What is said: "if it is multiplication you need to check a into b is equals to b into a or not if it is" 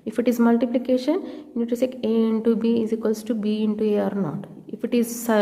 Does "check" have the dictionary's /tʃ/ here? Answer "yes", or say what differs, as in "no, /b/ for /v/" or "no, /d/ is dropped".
no, /s/ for /tʃ/